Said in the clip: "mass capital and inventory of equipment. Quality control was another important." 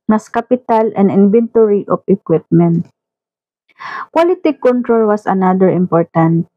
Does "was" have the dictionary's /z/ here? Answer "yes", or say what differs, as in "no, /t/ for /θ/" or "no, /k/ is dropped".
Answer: no, /s/ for /z/